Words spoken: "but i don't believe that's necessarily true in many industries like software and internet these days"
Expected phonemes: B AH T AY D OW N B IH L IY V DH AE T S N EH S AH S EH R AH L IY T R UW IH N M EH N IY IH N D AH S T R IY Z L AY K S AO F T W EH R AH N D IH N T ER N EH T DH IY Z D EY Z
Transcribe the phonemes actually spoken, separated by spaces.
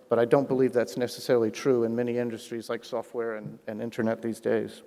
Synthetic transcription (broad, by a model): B AH T AY D OW N B IH L IY V DH AE T S N EH S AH S EH R L IY T R UW IH N M EH N IY IH N D AH S T R IY Z L AY K S AO F T W EH R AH N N IH N T ER N EH T DH IY Z D EY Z